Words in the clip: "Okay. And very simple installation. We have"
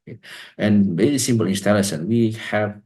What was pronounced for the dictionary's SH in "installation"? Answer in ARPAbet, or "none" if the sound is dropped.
S